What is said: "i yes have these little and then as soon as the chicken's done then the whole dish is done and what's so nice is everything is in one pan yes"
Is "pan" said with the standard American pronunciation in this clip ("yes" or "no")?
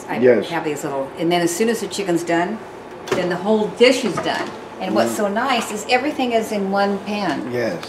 yes